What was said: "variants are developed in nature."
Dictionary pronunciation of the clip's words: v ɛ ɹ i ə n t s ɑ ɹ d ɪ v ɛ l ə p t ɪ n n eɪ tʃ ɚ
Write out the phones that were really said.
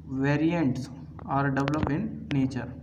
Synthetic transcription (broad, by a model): v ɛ ɹ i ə n t s ɑ ɹ d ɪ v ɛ l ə p ɪ n n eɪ tʃ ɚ